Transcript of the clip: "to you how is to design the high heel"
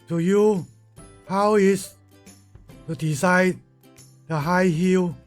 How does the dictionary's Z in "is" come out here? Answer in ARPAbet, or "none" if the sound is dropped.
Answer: S